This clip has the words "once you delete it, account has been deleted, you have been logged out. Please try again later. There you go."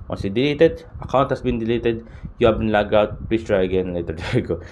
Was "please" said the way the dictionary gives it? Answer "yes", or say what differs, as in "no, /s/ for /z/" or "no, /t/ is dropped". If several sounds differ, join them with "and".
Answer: no, /s/ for /z/